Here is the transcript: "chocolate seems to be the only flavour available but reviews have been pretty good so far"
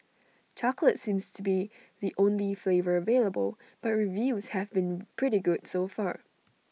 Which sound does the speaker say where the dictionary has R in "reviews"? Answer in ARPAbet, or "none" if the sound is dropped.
R